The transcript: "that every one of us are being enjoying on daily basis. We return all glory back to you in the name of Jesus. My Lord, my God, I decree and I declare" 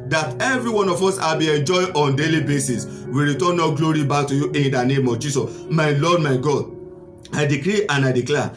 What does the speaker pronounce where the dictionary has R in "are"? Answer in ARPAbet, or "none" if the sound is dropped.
L